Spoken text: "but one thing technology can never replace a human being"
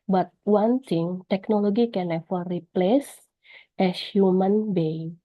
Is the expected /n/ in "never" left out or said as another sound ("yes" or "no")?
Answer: yes